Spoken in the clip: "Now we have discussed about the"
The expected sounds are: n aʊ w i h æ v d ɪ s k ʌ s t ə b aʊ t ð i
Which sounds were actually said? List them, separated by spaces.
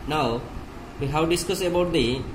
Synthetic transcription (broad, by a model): n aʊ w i h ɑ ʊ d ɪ s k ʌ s ə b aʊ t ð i